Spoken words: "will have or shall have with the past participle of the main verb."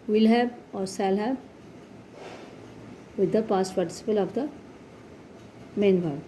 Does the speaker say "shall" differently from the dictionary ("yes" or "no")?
yes